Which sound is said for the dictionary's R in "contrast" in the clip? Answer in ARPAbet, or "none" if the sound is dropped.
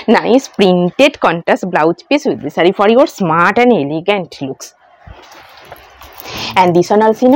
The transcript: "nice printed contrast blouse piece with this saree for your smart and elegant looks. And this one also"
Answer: none